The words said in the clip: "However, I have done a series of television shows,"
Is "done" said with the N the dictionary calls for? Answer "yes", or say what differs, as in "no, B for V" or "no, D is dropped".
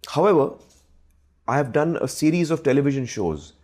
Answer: yes